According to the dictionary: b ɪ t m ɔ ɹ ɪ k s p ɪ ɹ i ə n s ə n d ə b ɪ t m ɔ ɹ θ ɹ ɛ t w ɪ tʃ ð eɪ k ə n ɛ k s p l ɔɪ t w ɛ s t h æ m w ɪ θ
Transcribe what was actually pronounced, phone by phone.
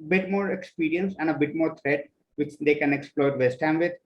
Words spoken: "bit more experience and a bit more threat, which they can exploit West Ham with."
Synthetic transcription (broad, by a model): b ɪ t m ɔ ɹ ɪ k s p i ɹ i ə n s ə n d ə b ɪ t m ɔ ɹ t ɹ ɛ t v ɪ tʃ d eɪ k ə n ɛ k s p l ɔɪ t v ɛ s t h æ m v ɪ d